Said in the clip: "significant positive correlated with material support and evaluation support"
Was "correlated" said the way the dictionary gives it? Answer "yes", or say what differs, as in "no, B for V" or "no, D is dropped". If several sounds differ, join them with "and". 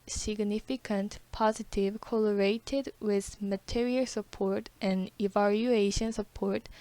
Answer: no, L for R